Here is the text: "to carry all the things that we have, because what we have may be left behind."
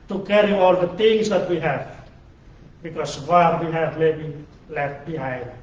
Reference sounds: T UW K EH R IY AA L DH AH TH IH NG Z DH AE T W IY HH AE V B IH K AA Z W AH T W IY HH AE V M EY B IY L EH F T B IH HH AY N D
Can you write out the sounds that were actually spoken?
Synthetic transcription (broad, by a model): T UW K EH R IY AA L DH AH T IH NG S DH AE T W IY HH AE V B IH K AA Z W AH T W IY HH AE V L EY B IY L EH F T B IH HH AY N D